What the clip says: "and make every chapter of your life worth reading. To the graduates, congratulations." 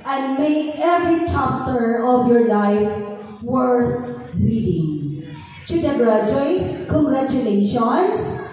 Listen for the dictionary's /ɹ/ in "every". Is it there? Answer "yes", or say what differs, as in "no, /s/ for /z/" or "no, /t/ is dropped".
yes